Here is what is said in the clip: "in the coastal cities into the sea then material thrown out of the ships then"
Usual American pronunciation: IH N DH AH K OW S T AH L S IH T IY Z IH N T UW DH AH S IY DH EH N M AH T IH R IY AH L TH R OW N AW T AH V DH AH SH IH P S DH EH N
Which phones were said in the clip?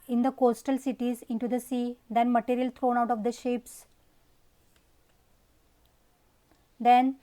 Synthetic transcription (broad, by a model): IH N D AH K OW S T AH L S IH T IY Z IH N T UW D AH S IY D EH N M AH T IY R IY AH L T R OW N AW T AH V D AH SH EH P S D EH N